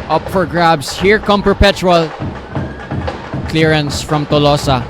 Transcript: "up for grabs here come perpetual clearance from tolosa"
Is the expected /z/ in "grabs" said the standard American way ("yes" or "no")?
no